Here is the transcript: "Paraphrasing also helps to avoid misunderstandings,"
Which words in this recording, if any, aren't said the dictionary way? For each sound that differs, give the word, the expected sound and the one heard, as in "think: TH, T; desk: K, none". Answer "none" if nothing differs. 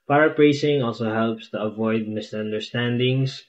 none